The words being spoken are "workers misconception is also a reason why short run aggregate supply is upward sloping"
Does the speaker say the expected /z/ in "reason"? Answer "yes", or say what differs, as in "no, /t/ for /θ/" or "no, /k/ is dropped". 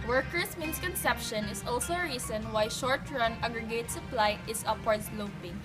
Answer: no, /s/ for /z/